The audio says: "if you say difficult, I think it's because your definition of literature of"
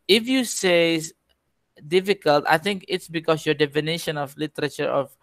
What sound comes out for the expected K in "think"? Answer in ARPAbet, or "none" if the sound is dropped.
K